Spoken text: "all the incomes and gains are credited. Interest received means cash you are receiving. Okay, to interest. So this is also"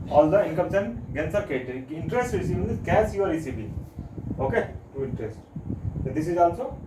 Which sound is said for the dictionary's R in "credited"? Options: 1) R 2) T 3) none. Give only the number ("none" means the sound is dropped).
3